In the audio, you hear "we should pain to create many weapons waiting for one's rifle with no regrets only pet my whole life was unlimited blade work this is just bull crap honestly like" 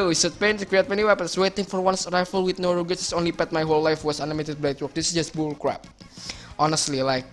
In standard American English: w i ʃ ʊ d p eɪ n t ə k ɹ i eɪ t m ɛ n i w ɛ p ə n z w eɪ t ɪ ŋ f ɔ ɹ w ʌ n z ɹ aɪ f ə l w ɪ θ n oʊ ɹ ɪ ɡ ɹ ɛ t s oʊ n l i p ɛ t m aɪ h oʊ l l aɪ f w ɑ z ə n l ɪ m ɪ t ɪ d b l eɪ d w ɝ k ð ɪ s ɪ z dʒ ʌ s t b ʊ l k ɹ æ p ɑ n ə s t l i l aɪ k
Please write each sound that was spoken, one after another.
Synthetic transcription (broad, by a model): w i s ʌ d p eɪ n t k ɹ i eɪ t m ɛ n i w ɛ p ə n s w eɪ t ɪ ŋ f ɔ ɹ w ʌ n s ɹ aɪ f ə l w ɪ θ n oʊ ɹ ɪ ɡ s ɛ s oʊ n l i p ɛ t m aɪ h oʊ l l aɪ f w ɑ s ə n ɪ m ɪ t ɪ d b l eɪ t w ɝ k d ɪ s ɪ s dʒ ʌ s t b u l k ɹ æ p ɑ n ə s t l i l aɪ k